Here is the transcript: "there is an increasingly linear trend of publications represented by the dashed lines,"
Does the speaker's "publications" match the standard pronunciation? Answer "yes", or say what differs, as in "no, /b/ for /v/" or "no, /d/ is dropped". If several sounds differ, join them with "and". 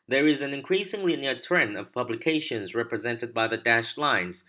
yes